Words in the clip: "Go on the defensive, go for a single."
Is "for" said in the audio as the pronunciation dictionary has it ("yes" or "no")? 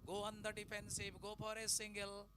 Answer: no